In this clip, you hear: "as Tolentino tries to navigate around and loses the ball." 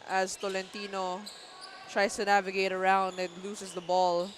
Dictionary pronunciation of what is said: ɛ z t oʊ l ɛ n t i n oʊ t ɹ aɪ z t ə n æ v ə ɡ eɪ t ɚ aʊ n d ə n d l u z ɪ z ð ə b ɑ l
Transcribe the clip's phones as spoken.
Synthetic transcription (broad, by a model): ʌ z t oʊ l ɛ n t i n oʊ t ɹ aɪ s t ə n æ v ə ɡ eɪ t ɚ aʊ n d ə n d l u s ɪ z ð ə b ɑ l